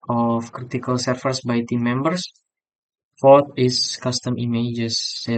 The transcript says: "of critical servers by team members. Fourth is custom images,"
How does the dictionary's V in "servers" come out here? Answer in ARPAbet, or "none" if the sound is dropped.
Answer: F